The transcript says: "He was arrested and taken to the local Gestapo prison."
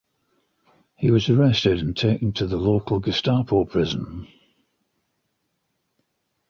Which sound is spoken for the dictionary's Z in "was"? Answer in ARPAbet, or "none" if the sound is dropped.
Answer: Z